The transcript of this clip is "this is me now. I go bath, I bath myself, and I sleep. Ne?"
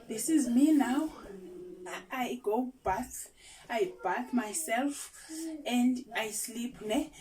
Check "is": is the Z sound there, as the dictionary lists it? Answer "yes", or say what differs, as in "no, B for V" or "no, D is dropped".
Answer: yes